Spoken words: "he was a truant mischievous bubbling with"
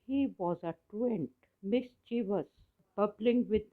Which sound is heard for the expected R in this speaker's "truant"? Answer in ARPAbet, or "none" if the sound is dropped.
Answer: none